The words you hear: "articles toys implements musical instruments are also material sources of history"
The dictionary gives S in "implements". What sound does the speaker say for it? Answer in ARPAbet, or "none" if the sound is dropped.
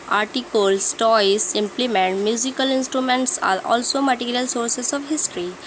none